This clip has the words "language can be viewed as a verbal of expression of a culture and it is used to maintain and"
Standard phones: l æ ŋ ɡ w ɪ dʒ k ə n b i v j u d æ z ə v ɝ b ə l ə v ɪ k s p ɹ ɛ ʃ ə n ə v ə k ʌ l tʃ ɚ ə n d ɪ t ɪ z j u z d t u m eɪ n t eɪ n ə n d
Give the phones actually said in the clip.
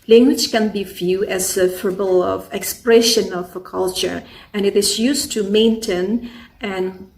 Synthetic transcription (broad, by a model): l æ ŋ ɡ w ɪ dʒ k ə n b i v j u æ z ə f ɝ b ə l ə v ɪ k s p ɹ ɛ ʃ ə n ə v ə k ʌ l tʃ ɚ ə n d ɪ t ɪ z j u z t u m eɪ n t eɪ n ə n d